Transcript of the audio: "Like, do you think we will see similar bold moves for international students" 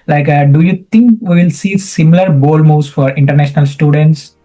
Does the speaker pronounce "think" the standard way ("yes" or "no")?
no